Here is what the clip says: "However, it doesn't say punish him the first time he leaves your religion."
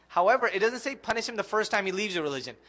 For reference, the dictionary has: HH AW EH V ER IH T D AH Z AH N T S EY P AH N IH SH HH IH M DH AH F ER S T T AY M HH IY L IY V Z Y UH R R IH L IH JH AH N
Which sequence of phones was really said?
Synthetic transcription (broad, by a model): HH AW EH V ER IH T D AH Z AH N T S EY P AH N IH SH HH IH M DH AH F ER S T T AY M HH IY L IY V Z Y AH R R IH L IH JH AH N